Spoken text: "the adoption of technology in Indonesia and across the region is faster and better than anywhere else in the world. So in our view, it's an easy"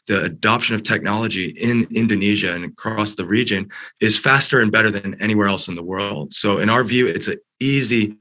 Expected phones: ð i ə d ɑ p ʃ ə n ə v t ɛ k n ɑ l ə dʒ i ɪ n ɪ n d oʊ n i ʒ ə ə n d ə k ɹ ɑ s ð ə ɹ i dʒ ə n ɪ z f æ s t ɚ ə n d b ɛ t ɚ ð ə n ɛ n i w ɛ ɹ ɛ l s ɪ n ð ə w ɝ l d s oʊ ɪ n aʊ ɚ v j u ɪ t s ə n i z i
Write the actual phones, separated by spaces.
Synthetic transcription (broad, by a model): ð i ə d ɑ p ʃ ə n ə v t ɛ k n ɑ l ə dʒ i ɪ n ɪ n d oʊ n i ʒ ə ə n ə k ɹ ɑ s ð ə ɹ i dʒ ə n ɪ z f æ s t ɚ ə n b ɛ t ɚ ð ə n ɛ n i w ɛ ɹ ɛ l s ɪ n ð ə w ɝ l d s oʊ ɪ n aʊ ɚ v j u ɪ t s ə i z i